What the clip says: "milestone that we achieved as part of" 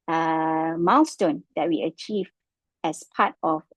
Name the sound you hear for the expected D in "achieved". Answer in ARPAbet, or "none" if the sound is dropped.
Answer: none